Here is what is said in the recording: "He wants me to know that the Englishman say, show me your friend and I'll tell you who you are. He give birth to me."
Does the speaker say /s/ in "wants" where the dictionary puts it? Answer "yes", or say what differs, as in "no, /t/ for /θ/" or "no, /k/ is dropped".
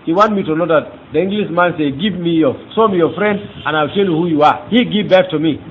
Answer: no, /s/ is dropped